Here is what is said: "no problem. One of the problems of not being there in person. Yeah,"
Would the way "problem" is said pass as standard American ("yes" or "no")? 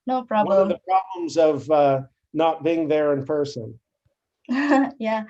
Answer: no